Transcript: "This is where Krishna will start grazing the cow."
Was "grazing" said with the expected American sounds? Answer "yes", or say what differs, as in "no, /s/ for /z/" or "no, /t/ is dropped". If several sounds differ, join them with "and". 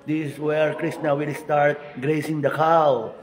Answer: no, /s/ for /z/